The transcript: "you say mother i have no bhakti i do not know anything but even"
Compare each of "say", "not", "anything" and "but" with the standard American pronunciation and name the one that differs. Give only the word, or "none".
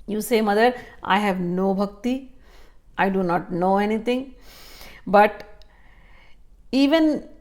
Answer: anything